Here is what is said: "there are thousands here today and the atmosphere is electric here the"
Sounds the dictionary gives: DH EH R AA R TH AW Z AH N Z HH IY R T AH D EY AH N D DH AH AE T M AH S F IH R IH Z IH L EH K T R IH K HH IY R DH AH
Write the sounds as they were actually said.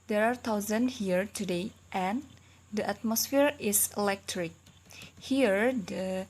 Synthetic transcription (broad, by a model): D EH R AA R T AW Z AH N HH IY R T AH D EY AH N D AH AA T M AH S F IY R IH S IH L EH K T R IH K HH IY R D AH